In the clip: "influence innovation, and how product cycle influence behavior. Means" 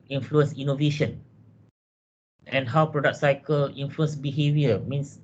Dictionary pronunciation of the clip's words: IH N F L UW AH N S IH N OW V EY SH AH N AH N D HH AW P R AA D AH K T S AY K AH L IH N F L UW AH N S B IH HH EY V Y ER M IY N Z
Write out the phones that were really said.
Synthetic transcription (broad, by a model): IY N F L UW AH N S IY N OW V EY SH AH N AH N HH AW P R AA D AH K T S AY K AH L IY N F L UW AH N S B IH HH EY V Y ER M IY N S